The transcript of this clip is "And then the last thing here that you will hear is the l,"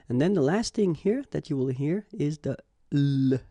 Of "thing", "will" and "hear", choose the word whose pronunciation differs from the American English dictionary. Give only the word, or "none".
none